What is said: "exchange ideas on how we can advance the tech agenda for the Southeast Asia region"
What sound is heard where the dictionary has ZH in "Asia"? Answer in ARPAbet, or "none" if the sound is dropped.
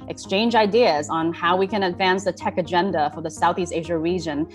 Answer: ZH